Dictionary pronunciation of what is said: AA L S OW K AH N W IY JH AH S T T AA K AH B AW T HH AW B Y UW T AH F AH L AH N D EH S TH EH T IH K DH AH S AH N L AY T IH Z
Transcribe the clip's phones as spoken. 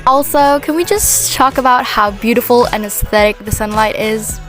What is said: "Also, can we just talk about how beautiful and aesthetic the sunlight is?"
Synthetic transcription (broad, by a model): AA L S OW K AH N W IY JH AH S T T AA K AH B AW T HH AW B Y UW T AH F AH L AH N EH S TH EH T IH K DH AH S AH N L AY T IH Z